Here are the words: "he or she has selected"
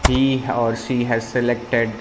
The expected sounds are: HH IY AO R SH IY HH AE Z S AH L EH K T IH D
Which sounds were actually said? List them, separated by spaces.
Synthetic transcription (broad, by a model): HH IY AO R SH IY HH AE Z S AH L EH K T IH D